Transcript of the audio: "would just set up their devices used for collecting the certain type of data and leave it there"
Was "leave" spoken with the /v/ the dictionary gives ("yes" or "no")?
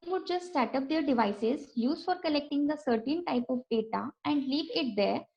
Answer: yes